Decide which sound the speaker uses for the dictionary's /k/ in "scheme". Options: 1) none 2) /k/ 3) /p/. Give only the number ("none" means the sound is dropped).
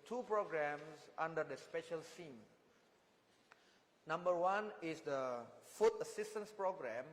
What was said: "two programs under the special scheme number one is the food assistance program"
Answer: 1